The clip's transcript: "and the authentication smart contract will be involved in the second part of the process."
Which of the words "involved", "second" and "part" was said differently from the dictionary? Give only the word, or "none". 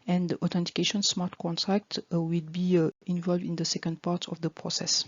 none